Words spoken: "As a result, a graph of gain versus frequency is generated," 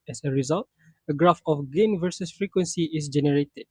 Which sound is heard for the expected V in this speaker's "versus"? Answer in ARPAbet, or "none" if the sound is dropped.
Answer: V